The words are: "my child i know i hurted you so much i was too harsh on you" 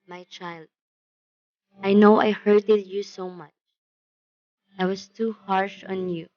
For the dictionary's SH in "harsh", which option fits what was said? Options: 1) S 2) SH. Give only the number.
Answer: 2